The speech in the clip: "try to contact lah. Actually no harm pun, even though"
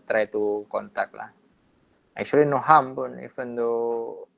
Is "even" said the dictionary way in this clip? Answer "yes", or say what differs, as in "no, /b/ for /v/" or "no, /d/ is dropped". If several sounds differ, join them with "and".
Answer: no, /f/ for /v/